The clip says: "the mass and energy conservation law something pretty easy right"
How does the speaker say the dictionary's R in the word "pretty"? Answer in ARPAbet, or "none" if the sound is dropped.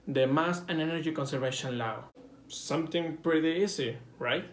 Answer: R